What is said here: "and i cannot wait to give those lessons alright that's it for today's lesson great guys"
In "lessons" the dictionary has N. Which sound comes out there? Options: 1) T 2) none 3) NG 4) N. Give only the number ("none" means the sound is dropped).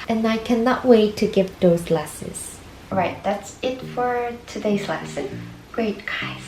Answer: 2